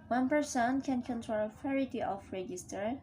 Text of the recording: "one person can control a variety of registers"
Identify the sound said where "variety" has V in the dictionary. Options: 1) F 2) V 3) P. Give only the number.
1